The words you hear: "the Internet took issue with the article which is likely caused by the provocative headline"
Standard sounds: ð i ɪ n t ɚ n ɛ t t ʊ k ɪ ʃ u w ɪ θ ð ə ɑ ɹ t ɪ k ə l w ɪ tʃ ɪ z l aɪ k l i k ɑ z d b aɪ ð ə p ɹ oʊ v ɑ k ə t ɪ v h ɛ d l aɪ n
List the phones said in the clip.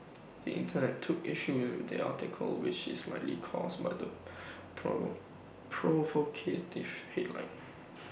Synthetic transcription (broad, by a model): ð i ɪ n t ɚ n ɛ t t ʊ k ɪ ʃ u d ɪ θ ɑ t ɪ k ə l w ɪ tʃ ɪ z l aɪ l i k ɑ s b aɪ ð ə p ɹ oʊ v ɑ k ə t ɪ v h ɛ d l aɪ n